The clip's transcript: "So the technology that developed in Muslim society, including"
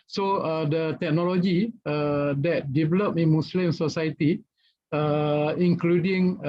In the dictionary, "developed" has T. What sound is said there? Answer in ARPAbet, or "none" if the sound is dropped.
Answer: none